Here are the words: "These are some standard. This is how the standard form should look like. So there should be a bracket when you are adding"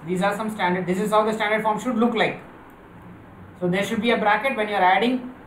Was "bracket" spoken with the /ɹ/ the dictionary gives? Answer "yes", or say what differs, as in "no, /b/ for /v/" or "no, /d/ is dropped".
yes